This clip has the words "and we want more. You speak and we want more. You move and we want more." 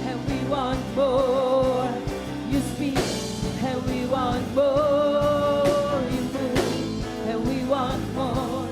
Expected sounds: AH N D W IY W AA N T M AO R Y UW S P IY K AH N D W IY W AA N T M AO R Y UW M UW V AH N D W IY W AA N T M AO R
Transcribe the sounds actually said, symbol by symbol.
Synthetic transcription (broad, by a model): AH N W IY W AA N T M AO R Y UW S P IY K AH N W IY W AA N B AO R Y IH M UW AH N W IY W AA N T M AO